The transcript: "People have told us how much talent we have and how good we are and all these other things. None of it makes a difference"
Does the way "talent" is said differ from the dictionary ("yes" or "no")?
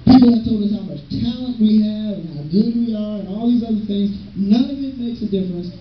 no